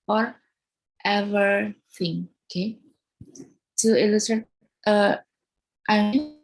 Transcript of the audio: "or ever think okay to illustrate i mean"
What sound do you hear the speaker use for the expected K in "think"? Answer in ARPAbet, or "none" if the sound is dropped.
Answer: none